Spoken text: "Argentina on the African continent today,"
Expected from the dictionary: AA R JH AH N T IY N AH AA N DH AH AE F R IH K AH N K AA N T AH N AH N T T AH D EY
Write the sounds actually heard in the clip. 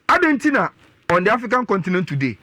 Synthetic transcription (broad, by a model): AA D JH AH N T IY N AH AA N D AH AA F IH K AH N K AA N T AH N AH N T T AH D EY